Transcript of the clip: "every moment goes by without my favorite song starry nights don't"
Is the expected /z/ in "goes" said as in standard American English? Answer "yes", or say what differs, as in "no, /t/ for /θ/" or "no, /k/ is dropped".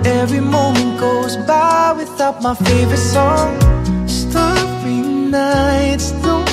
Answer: yes